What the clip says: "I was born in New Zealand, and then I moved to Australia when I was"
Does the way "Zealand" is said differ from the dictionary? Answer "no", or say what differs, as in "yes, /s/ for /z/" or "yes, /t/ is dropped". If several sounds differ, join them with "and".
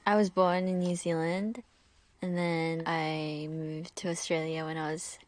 no